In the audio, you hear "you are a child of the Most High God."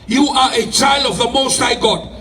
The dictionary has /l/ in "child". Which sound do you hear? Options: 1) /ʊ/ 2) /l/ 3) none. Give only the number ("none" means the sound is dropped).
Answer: 2